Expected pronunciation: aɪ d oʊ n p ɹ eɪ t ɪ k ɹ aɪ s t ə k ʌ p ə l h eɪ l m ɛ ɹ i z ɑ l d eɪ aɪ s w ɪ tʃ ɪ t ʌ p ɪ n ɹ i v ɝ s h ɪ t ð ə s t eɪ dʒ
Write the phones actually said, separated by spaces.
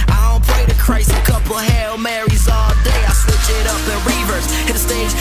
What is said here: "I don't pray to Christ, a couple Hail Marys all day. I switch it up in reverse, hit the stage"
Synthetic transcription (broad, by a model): aɪ d oʊ n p l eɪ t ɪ k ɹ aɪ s ə k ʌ p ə h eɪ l m ɛ ɹ i z ɑ l d eɪ aɪ s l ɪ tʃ ɪ t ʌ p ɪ ɹ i v ɝ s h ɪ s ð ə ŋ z